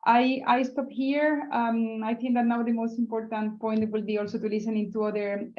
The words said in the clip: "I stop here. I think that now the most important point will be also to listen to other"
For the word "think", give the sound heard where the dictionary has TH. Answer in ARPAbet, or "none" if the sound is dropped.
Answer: T